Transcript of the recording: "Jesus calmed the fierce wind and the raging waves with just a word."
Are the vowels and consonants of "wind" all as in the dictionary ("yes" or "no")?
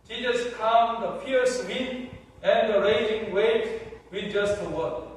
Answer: no